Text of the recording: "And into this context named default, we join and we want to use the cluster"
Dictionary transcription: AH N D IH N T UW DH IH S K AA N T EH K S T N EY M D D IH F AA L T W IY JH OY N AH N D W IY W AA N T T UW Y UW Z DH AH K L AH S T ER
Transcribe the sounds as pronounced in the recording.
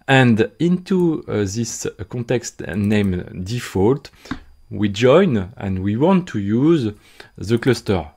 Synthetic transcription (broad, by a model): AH N D IH N T UW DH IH S K AA N T EH K S T N EY M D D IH F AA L T W IY JH OY N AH N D W IY W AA N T T UW Y UW Z DH AH K L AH S T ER